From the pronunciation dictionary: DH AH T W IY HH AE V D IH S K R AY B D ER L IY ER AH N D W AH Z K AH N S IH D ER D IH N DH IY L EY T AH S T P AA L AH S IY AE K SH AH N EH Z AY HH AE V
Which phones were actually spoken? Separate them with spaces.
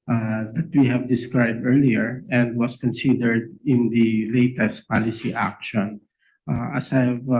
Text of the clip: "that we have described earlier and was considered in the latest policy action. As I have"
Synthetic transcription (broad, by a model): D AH T W IY HH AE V D IH S K R AY B D ER L IY ER AH N D W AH S K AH N S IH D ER D IH N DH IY L EY T AH S T P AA L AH S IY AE K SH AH N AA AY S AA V